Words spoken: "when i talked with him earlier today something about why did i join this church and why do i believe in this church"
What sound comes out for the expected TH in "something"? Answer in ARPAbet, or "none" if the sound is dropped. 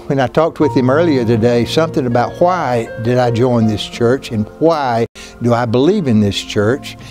TH